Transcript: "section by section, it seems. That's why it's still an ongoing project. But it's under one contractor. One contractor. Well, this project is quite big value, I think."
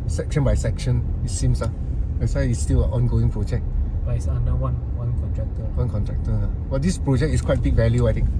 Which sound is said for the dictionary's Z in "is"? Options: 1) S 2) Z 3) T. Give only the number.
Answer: 1